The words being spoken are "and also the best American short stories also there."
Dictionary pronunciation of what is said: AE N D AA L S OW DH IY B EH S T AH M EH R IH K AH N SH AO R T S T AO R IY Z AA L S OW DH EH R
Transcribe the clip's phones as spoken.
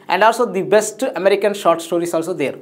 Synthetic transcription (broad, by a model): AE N D AA L S OW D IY B EH S T AH M EH R IH K AH N SH AO R T S T AO R IY S AA L S OW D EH R